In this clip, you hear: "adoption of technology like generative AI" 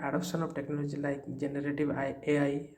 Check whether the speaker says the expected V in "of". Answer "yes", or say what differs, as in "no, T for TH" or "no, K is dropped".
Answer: no, B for V